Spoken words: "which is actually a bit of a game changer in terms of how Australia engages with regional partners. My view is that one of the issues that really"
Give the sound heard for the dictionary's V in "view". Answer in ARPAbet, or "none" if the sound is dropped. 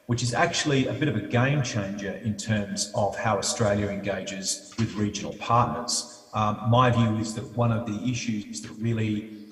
V